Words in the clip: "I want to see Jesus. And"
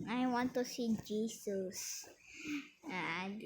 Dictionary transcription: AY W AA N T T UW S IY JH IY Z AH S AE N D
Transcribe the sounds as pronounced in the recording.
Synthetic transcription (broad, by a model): AY W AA N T T UW S IY JH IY S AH S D